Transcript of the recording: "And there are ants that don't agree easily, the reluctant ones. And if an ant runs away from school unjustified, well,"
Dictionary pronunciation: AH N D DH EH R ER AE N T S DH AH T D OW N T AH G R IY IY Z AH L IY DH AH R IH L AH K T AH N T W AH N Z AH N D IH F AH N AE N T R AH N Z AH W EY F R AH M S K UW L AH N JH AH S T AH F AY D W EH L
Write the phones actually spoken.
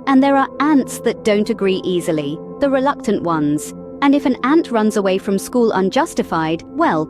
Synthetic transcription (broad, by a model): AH N DH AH R ER AE N T S DH AH T D OW N T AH G R IY IY Z AH L IY DH AH R IH L AH K T AH N T W AH N Z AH N IH F AH N AE N T R AH N Z AH W EY F R AH M S K UW L AH N JH AH S T AH F AY D W EH L